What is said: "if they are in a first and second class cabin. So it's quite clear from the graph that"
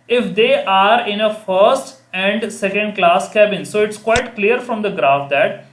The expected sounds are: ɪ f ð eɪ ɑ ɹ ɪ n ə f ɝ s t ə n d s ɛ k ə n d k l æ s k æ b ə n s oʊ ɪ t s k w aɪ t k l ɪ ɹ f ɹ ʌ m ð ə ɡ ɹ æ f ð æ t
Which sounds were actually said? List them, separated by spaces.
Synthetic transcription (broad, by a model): ɪ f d eɪ ɑ ɹ ɪ n ə f ɝ s t ə n d s ɛ k ə n d k l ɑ s k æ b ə n s oʊ ɪ t s k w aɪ t k l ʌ ɹ f ɹ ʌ m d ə ɡ ɹ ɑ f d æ t